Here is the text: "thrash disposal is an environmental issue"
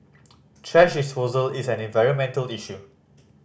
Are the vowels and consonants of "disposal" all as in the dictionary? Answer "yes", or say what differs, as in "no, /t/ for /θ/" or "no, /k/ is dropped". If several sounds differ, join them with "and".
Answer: yes